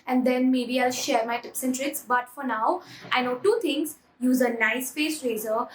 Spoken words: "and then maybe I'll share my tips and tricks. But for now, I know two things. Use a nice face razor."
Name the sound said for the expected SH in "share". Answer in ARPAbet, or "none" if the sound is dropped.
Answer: SH